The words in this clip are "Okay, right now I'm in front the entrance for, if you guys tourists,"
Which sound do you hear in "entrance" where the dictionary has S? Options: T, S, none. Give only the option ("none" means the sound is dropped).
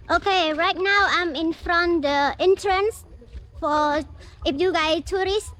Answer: S